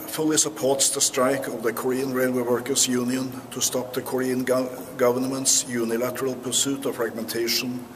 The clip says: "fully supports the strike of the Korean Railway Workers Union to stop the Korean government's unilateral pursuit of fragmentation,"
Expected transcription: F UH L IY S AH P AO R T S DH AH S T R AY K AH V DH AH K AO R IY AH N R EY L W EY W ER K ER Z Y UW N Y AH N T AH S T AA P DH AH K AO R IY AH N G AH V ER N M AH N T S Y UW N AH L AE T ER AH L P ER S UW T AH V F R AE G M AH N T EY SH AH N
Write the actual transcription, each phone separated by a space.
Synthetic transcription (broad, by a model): F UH L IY S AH P AO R T S DH AH S T R AY K AH V DH AH K AO R IY AH N R EY L W EY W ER K ER S Y UW N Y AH N T AH S T AA P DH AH K AO R IY AH N G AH V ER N M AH N T S Y UW N AH L AE T ER AH L P ER S UW T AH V F R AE G M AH N T EY SH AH N